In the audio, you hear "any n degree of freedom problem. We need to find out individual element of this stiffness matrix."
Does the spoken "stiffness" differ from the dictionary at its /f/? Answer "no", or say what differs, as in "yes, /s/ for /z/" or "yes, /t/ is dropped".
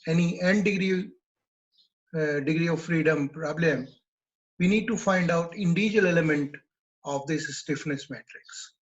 no